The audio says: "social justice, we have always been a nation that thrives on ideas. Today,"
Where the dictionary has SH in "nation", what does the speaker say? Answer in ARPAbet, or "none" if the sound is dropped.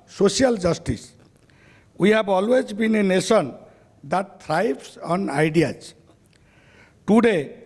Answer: S